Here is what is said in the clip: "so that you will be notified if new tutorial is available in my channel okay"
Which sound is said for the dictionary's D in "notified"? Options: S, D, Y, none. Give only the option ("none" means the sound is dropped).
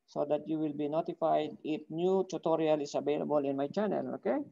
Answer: D